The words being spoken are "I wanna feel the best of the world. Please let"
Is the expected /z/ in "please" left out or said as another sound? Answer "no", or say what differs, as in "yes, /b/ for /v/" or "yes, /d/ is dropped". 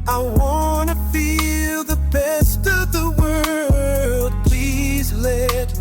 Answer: no